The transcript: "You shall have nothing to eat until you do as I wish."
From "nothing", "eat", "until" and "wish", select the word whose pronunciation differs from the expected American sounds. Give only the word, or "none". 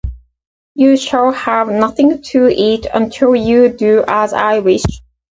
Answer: none